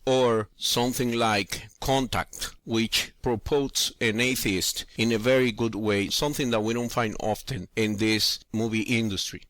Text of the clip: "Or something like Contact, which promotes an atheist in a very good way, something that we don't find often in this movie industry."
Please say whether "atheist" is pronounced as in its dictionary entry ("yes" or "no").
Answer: yes